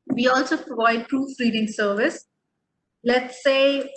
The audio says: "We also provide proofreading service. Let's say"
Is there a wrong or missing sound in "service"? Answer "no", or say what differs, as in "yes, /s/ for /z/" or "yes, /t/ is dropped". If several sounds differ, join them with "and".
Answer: no